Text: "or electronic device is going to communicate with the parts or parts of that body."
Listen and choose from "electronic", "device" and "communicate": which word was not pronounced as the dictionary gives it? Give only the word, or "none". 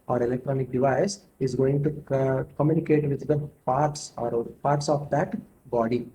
none